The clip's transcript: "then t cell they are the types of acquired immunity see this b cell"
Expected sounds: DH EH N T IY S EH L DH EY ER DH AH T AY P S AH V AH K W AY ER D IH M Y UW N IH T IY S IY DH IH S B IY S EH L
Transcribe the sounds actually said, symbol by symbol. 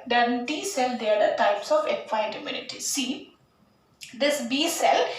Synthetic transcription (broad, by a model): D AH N T IY S EH L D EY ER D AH T AY P S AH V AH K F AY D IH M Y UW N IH T IY S IY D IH S B IY S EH L